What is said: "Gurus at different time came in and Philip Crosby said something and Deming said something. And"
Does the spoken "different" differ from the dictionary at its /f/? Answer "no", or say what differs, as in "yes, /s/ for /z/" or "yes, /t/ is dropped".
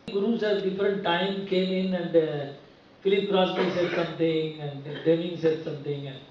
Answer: no